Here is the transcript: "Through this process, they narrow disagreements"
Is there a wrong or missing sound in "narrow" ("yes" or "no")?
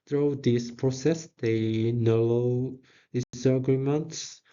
yes